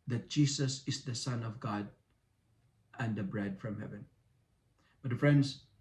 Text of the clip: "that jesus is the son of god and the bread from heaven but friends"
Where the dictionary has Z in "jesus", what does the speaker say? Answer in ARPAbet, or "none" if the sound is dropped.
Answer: S